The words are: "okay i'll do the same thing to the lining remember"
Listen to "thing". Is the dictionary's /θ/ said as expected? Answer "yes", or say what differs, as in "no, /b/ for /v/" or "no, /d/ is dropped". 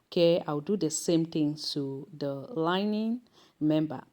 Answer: no, /t/ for /θ/